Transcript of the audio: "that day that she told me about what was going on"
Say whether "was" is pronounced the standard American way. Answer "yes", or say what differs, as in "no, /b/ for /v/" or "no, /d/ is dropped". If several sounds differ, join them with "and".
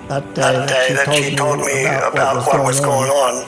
yes